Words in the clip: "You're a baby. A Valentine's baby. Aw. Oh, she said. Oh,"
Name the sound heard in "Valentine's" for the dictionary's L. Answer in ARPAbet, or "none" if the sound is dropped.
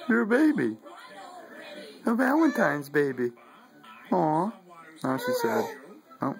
W